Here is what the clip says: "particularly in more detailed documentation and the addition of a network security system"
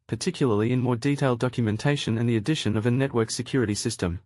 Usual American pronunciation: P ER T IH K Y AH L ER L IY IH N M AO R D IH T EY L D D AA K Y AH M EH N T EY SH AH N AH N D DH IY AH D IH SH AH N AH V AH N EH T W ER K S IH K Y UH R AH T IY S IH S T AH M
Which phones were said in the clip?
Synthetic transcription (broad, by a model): P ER T IH K Y L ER L IY IH N M AO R D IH T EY L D D AA K Y AH M EH N T EY SH AH N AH N DH IY AH D IH SH AH N AH V AH N EH T W ER K S IH K Y UH R AH T IY S IH S T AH M